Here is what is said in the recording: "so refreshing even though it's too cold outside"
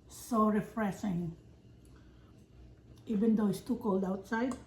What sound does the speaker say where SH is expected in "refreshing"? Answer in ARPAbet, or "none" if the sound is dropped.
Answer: S